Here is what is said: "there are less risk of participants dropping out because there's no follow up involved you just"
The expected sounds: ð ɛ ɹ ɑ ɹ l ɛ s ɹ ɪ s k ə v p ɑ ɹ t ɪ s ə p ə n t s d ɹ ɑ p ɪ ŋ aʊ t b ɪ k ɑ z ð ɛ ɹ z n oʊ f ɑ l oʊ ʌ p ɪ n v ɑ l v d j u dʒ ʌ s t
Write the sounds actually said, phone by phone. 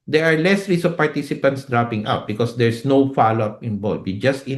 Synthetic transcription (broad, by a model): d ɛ ɹ ɑ ɹ l ɛ s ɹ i s ə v p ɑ ɹ t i s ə p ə n t s d ɹ ɑ p ɪ ŋ aʊ t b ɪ k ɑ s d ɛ ɹ s n oʊ f ɑ l oʊ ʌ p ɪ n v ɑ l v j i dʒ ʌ s t